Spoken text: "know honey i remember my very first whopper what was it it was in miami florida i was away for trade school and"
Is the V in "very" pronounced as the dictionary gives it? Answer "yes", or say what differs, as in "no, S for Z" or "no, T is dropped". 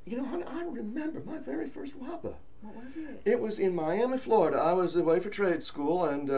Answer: yes